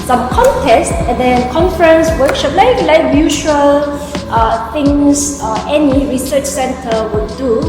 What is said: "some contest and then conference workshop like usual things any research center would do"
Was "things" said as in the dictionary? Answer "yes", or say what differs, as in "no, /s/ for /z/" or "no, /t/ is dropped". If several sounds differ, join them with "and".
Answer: no, /t/ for /θ/ and /s/ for /z/